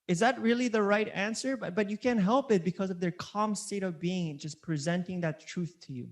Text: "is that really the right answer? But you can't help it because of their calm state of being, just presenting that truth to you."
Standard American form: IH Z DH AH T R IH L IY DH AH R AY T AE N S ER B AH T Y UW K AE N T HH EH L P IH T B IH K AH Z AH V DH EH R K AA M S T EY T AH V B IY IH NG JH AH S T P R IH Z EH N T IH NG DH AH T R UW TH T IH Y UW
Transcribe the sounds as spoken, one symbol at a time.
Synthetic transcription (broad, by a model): IH Z DH AH T R IH L IY DH AH R AY T AE N S ER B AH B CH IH K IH N HH EH L P IH T B IH K AH Z AH V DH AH R K AA M S T EY T AH V B IY IH NG JH AH S P R IH Z EH N T IH NG DH AH T R UW TH T IH Y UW